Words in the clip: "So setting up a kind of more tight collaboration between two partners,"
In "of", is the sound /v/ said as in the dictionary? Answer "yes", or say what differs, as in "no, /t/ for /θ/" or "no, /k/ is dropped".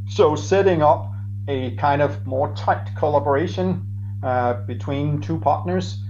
yes